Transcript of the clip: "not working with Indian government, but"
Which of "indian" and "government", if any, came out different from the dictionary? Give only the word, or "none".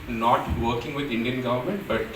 none